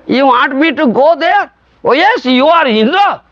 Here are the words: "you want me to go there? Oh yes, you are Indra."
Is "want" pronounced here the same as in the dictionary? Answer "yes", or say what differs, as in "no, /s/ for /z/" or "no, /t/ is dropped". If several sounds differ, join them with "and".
no, /n/ is dropped